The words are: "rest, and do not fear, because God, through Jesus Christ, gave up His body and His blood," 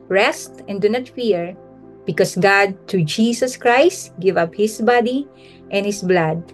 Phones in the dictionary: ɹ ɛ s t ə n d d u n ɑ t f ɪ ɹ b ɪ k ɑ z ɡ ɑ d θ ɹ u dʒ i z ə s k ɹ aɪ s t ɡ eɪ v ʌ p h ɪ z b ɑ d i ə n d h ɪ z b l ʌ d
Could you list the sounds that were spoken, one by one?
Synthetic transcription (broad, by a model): ɹ ɛ s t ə n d d u n ɑ t f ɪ ɹ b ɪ k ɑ s ɡ ɑ d t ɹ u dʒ i s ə s k ɹ aɪ s t ɡ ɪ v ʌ p h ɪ s b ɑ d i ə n h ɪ s b l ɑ d